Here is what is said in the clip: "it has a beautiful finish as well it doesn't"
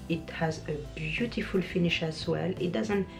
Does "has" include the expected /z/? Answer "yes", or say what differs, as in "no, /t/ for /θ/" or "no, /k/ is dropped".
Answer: yes